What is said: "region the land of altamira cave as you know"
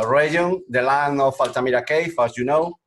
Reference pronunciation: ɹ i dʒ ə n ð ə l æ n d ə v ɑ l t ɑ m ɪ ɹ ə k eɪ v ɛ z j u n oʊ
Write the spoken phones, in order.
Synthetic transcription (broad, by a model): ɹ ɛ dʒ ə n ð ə l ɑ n ə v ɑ l t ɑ m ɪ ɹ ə k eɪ f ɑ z j u n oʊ